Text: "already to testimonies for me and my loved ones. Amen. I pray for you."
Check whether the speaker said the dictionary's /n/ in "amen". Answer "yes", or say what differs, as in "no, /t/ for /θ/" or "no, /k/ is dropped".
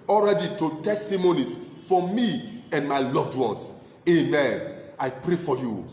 yes